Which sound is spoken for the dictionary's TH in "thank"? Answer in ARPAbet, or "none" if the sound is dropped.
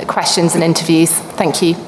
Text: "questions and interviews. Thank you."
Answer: TH